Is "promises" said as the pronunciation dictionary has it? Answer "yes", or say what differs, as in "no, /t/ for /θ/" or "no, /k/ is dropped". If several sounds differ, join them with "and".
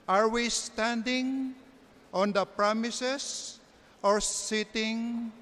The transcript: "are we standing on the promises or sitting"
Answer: no, /s/ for /z/